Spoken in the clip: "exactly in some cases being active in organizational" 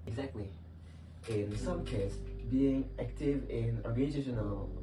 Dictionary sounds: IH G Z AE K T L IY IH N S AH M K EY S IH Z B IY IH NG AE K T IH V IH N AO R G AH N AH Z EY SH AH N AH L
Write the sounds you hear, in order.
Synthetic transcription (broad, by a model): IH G Z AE K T L IY IH N S AH M K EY IH S B IY IH NG AE K T IH V IH N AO R G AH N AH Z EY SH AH N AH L